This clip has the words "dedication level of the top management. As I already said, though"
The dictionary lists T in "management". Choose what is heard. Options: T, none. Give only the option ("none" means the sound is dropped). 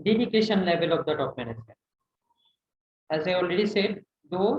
none